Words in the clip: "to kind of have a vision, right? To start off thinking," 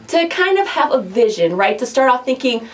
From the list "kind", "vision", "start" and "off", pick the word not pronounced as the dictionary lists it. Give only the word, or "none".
off